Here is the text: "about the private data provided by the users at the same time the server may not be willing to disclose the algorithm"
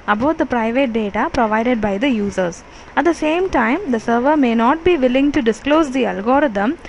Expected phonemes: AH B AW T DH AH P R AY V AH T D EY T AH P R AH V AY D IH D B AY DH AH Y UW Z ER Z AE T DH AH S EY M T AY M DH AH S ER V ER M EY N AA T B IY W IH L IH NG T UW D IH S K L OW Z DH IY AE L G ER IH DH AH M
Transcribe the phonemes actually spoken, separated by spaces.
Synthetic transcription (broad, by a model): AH B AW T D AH P R AY V AH T D EY T AH P R AH V AY D IH D B AY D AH Y UW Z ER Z AE T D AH S EY M T AY M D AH S ER V ER M EY N AA T B IY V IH L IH NG T UW D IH S K L OW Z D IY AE L G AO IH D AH M